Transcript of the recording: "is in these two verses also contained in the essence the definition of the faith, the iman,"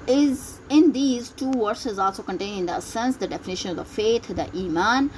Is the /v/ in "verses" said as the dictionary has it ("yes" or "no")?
yes